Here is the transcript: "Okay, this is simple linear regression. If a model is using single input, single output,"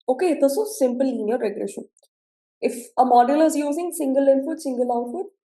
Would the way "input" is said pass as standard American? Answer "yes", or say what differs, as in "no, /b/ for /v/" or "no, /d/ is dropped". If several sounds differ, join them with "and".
no, /f/ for /p/